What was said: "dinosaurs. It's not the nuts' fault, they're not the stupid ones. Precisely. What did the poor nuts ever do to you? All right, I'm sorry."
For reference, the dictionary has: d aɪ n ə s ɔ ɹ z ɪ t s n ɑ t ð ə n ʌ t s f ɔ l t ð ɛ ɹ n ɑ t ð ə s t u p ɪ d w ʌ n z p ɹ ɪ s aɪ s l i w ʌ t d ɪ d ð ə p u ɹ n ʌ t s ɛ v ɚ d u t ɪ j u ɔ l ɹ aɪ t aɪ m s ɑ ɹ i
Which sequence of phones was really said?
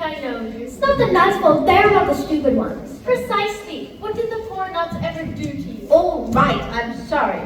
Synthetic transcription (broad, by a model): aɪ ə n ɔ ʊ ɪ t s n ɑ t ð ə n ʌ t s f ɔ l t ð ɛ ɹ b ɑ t ð ə s t u p ɪ d w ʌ n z p ɹ ɪ s aɪ s l i w ʌ t d ɪ d ð ə f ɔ ɹ n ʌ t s ɛ v ɚ d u t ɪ j u ɔ l ɹ aɪ t aɪ m s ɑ ɹ i